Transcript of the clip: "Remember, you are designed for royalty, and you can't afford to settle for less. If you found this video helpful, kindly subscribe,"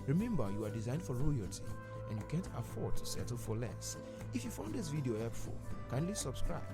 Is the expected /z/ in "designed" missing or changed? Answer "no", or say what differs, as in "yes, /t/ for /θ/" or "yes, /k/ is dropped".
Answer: no